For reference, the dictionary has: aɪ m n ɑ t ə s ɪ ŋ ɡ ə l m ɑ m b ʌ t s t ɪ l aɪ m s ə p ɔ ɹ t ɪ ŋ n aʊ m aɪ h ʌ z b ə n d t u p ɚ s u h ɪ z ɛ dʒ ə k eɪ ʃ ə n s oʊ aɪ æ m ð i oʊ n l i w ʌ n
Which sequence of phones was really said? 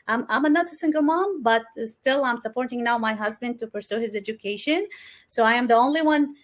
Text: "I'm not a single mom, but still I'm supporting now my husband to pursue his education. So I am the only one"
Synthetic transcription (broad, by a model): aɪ m n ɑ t ə s ɪ ŋ ɡ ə l m ɑ m b ʌ t s t ɪ l aɪ m s ə p ɔ ɹ t ɪ ŋ n aʊ m aɪ h ʌ z b ə n d t u p ɚ s u h ɪ z ɛ dʒ ə k eɪ ʃ ə n s oʊ aɪ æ m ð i oʊ n l i w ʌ n